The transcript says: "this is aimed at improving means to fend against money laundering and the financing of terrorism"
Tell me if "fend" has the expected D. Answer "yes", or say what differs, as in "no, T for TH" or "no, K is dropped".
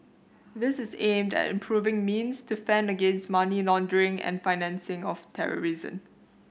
yes